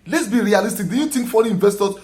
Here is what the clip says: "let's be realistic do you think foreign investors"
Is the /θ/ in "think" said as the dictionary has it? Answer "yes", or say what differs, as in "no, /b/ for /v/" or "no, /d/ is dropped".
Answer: no, /t/ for /θ/